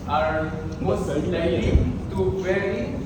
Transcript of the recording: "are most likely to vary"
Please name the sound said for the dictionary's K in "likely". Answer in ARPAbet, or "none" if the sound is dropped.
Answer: none